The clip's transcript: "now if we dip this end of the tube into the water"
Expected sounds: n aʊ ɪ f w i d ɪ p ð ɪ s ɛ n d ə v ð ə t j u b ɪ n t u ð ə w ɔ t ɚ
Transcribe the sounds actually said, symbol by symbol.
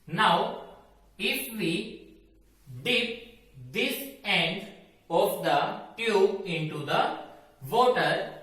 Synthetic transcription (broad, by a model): n aʊ ɪ f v i d ɪ p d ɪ s ɛ n d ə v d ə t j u ɪ n t u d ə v ɔ t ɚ